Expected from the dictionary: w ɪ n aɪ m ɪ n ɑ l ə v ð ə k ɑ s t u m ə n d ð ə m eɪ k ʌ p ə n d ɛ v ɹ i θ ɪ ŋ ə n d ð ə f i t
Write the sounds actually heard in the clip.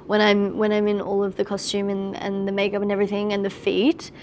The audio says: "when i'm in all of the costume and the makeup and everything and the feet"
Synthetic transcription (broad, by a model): w ɪ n aɪ m ɪ n ɑ l ə v ð ə k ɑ s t u m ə n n ð ə m eɪ k ʌ p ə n ɛ v ɹ i θ ɪ ŋ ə n ð ə f i t